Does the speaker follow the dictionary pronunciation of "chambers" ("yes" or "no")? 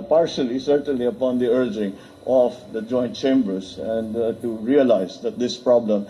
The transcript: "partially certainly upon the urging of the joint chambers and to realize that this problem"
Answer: no